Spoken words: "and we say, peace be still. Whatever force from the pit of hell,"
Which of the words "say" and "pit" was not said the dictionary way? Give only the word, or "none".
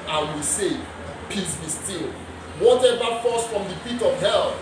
pit